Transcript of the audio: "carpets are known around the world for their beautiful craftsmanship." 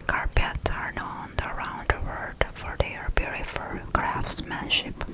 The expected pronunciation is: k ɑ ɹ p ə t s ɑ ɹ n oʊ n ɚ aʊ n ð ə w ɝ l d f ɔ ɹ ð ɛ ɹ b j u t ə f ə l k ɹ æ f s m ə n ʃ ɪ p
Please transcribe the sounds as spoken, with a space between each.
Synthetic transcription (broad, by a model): k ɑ ɹ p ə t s ɑ ɹ n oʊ n ɚ aʊ n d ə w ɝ d f ɔ ɹ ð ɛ ɹ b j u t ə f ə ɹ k ɹ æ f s m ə n ʃ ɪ p